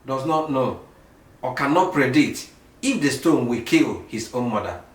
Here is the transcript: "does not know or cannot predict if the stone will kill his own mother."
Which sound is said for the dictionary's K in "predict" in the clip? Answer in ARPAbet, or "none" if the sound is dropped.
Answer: none